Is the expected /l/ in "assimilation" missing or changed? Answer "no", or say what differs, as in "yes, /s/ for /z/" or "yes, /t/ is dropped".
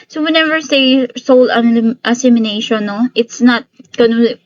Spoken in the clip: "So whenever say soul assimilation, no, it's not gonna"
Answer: yes, /n/ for /l/